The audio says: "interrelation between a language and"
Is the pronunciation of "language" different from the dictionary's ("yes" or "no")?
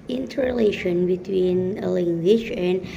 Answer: yes